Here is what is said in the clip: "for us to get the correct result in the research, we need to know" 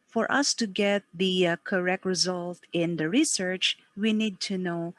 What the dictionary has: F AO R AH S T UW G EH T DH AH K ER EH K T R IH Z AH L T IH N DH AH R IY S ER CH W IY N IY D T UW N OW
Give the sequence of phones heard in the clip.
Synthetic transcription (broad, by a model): F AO R AH S T UW G EH T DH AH K ER EH K T R IH Z AH L T IH N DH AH R IY S ER CH W IY N IY D T UW N OW